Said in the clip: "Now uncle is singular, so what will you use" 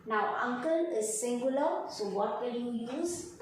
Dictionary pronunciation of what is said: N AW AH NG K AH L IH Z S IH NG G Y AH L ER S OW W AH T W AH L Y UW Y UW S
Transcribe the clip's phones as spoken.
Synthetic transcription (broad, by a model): N AW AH NG K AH L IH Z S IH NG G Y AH L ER S OW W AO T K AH N Y UW Y UW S